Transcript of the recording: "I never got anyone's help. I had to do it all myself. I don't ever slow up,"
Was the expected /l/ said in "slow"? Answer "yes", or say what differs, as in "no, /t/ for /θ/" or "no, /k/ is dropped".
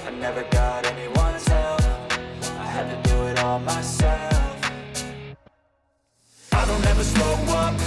no, /l/ is dropped